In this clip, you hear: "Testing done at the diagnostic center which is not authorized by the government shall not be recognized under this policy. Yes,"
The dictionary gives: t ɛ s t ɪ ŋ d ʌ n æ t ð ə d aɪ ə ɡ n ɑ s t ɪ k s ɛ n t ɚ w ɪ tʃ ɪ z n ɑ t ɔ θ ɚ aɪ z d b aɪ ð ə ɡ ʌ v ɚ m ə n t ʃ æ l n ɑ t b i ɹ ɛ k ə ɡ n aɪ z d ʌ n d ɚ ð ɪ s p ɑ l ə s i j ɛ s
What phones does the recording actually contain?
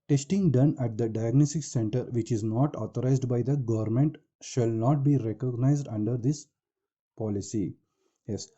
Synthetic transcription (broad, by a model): t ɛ s t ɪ ŋ d ʌ n æ t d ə d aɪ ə ɡ n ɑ s t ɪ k s ɛ n t ɚ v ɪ tʃ ɪ z n ɑ t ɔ t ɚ aɪ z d b aɪ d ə ɡ ʌ v ɚ m ə n t ʃ æ l n ɑ t b i ɹ ɛ k ə ɡ n aɪ z d ʌ n d ɚ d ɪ s p ɑ l ə s i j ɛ s